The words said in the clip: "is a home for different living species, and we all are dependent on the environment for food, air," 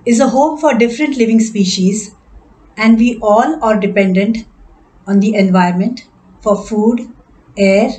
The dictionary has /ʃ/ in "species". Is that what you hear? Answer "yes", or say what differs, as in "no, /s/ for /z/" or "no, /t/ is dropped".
yes